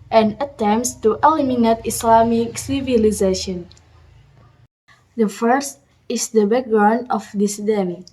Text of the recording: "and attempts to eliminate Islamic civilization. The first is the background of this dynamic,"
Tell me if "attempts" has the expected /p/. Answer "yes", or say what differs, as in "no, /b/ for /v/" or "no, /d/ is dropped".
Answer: no, /p/ is dropped